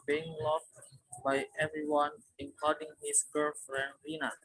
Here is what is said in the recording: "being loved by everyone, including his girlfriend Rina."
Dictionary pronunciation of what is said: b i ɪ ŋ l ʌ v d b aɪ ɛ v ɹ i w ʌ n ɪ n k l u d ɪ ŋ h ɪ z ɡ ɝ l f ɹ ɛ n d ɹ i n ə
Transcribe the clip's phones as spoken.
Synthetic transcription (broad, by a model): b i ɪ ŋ l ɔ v b aɪ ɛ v ɹ i w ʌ n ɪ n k ɔ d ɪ ŋ h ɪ s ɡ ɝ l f ɹ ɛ n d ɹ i n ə